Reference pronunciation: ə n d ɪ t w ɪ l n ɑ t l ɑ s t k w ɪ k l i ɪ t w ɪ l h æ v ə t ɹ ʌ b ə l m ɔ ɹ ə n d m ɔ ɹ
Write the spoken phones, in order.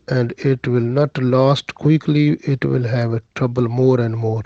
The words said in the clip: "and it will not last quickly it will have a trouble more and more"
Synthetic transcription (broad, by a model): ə n d ɪ t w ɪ l n ɑ t l ɑ s t k w ɪ k l i ɪ t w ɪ l h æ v ə t ɹ ʌ b ə l m ɔ ɹ ə n d m ɔ ɹ